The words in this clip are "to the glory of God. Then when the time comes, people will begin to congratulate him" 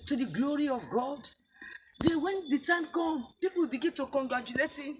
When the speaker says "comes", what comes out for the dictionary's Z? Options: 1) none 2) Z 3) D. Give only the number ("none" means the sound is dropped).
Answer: 1